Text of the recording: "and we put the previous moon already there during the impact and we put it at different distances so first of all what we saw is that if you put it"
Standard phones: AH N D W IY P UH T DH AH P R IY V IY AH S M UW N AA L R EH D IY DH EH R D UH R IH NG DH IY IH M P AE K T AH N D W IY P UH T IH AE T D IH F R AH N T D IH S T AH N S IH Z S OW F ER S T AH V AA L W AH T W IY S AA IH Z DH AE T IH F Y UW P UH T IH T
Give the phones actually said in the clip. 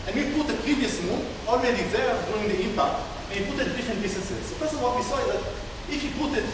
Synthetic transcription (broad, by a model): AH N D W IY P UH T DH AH P R IY V IY AH S M UW N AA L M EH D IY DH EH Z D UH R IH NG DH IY IH M P AE K T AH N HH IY P UH T IH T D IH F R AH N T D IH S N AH S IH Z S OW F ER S AH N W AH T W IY S AA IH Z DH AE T IH F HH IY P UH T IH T